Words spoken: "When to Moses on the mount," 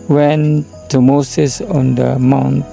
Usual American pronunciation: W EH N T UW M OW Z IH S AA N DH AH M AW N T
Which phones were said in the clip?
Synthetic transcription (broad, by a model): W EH N T UW M OW S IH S AA N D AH M AW N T